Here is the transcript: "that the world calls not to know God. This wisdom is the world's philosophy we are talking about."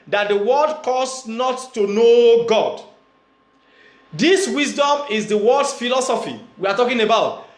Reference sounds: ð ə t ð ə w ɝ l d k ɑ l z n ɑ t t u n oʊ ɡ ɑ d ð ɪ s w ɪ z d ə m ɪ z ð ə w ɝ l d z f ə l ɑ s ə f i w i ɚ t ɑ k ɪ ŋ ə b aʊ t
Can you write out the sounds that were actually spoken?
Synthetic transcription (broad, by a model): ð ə t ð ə w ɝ d k ɑ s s n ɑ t t u n oʊ ɡ ɑ d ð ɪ s w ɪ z d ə m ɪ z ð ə w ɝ d s f ə l ɑ s ə f i w i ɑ t ɑ k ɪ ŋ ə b aʊ t